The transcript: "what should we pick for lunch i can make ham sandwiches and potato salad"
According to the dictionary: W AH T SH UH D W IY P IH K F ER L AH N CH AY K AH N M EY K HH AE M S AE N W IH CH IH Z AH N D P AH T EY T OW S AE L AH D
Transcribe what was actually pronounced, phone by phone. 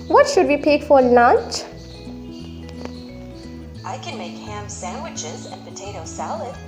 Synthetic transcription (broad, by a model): W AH T SH UH D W IY P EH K F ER N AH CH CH AY K AH N M EY K HH AE M S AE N W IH CH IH Z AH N P AH T EY T OW S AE L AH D